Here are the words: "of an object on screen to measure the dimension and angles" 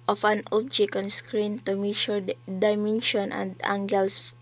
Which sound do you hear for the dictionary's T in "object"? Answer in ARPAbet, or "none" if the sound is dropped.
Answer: none